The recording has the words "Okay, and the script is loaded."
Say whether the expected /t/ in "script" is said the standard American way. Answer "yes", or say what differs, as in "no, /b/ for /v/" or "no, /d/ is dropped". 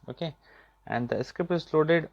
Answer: no, /t/ is dropped